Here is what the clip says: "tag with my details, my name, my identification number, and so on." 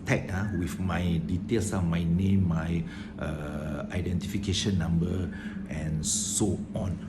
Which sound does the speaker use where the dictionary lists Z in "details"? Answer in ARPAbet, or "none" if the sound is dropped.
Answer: S